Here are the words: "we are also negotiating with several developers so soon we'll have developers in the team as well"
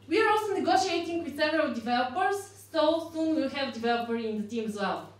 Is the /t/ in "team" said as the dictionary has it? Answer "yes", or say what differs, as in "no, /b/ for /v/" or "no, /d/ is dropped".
yes